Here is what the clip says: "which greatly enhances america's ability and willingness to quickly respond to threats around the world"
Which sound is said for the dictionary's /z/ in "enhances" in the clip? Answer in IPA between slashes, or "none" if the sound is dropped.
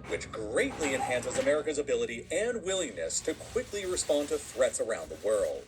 /z/